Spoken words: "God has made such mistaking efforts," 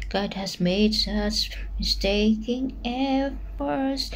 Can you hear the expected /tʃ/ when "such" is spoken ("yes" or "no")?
no